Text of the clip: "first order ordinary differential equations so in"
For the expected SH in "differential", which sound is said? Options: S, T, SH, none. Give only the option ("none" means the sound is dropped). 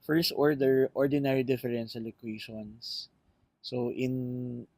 S